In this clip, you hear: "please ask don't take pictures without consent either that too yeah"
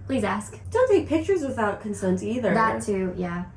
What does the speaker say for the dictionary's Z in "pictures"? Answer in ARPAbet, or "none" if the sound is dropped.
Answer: Z